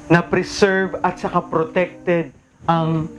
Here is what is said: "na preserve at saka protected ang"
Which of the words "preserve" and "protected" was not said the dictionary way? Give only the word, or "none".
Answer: preserve